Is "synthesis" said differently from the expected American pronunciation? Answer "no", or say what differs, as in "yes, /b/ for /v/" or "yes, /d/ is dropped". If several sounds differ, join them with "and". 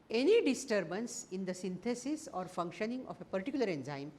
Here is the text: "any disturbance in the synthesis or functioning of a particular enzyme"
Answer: yes, /t/ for /θ/